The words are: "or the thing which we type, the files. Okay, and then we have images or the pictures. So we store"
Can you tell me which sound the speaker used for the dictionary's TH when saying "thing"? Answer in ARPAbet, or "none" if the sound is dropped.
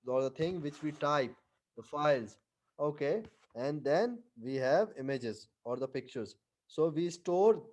T